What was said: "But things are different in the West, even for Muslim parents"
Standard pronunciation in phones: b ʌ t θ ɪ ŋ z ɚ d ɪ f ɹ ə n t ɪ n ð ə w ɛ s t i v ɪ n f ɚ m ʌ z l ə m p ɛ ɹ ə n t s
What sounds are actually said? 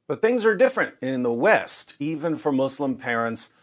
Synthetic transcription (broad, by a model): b ʌ t θ ɪ ŋ z ɚ d ɪ f ɹ ə n t ɪ n ð ə w ɛ s t i v ɪ n f ɚ m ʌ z l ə m p ɛ ɹ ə n t s